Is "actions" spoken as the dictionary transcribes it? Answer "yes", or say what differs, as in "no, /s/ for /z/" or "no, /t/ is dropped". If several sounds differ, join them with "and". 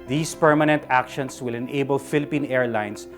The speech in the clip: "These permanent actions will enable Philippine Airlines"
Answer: no, /s/ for /z/